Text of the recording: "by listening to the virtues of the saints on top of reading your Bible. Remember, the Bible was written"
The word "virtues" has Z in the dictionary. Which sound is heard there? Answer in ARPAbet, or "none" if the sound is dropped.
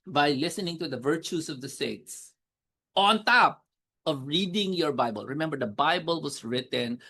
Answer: S